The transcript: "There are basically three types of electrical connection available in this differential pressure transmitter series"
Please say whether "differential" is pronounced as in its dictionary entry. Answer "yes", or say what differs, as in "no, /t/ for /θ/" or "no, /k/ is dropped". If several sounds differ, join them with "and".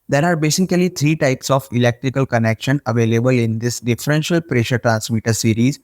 yes